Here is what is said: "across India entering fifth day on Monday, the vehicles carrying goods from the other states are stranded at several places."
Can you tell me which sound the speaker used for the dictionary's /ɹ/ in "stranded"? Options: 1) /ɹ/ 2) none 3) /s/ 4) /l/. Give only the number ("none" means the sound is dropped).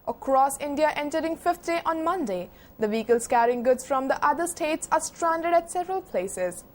1